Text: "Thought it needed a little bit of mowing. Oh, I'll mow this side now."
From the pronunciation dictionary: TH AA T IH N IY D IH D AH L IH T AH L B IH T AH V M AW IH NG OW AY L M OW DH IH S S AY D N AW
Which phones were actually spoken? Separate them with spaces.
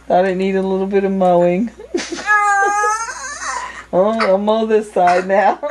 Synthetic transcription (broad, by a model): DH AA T IH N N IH D AH L IH T L B IH T AH V M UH IH NG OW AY M OW DH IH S S AY D N AW